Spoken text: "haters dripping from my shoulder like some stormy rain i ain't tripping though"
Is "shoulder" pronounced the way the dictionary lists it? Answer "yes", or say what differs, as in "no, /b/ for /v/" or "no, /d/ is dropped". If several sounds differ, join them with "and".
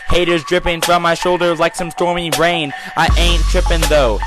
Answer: yes